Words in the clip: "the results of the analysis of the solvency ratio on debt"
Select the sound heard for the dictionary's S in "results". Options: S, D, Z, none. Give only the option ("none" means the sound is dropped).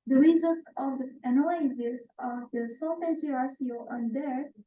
S